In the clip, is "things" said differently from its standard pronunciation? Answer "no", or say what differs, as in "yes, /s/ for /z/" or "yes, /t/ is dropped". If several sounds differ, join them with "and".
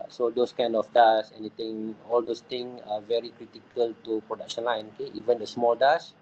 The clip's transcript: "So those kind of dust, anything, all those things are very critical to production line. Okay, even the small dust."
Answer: yes, /z/ is dropped